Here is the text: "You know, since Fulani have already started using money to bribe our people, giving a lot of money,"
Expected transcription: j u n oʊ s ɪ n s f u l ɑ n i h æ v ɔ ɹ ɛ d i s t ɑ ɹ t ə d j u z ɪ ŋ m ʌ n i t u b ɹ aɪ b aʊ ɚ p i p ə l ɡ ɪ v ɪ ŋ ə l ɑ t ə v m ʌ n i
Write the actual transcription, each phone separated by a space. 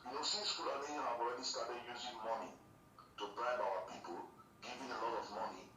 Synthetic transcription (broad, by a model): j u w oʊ s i s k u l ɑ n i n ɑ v ɔ ɹ ɛ d i s t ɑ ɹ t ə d j u z ɪ ŋ m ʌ n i t u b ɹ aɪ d aʊ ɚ p i p ə l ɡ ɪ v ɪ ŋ ə l ɑ t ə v m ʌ n i